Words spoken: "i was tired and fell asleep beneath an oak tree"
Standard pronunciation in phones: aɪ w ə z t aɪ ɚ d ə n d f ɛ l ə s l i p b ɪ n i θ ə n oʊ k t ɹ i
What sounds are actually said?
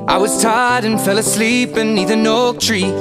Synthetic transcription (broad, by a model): aɪ w ə z t aɪ d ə n f ɛ l ə s l i p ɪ n i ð ə n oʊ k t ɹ i